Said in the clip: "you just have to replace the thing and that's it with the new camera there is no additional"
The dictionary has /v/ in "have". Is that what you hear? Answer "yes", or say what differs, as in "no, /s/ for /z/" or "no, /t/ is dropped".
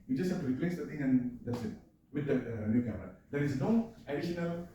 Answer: no, /f/ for /v/